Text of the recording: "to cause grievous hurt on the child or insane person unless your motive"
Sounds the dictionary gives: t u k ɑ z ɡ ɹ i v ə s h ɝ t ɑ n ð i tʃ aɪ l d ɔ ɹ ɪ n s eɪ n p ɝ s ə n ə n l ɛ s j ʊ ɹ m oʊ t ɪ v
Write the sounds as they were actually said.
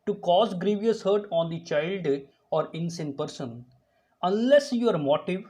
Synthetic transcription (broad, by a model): t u k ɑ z ɡ ɹ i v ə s h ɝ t ɑ n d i tʃ aɪ l d ɔ ɹ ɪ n s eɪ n p ɝ s ə n ə n l ɛ s j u ɹ m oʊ t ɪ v